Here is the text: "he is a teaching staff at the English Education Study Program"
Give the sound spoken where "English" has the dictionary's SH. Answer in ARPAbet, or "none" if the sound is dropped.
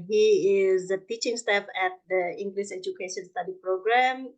S